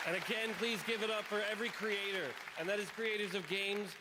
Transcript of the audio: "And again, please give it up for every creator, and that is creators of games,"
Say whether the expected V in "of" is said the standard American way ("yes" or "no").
yes